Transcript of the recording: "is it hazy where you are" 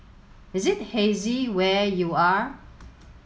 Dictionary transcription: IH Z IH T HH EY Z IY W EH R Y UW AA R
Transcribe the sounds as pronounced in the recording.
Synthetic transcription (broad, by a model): IH Z IH T HH EY Z IY W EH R Y UW AA R